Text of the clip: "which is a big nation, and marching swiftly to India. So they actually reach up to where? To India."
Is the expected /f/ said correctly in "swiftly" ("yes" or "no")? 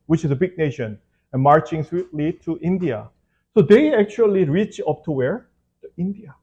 no